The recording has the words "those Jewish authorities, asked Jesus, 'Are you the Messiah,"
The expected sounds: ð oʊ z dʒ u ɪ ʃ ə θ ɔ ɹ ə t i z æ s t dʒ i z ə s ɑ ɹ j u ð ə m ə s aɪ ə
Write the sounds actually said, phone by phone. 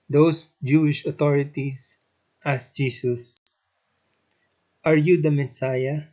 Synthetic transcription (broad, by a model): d oʊ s dʒ u ɪ ʃ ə t ɔ ɹ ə t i s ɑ s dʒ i s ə s ɑ ɹ j u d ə m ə s aɪ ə